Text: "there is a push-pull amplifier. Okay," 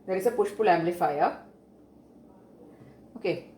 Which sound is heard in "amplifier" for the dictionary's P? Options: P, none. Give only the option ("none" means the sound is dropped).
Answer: none